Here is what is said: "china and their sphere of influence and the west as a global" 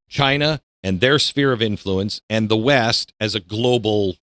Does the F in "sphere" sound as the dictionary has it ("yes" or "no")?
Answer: yes